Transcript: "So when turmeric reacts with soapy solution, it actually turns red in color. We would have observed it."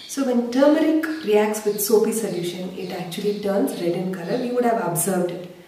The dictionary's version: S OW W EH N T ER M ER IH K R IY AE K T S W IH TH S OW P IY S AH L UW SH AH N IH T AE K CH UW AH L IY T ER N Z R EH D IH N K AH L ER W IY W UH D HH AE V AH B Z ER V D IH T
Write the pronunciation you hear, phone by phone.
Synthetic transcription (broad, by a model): S OW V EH N T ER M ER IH K R IY AE K T S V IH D S OW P IY S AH L UW SH AH N IH T AE K CH UW AH L IY T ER N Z R EH D IH N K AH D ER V IY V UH D HH AE V AH B Z ER V D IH T